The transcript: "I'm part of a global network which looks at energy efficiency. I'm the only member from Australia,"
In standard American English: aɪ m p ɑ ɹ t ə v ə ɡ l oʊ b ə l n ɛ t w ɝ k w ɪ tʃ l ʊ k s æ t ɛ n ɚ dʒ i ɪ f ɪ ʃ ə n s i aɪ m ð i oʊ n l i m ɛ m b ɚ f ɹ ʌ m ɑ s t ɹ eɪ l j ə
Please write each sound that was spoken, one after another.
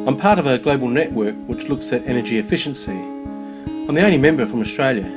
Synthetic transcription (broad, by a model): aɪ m p ɑ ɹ t ə v ə ɡ l oʊ b ə l n ɛ t w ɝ k w ɪ tʃ l ʊ k s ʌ t ɛ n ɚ dʒ i ɪ f ɪ ʃ ə n s i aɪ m ð i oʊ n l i m ɛ m b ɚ f ɹ ʌ m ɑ s t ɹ eɪ l j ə